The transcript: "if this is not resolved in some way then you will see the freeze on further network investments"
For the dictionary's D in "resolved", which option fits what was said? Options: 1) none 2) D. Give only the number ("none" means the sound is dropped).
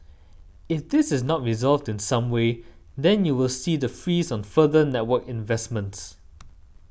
2